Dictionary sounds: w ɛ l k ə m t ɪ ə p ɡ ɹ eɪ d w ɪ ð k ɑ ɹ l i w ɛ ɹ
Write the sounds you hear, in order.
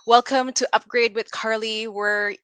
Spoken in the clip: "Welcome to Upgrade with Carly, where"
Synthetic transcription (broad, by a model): w ɛ l k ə m t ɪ ə p ɡ ɹ eɪ d w ɪ ð k ɑ ɹ l i w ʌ ɹ